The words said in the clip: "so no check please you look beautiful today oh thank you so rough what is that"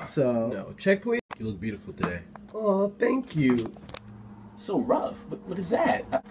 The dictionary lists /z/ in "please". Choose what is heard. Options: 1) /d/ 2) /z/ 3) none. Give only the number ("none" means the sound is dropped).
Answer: 3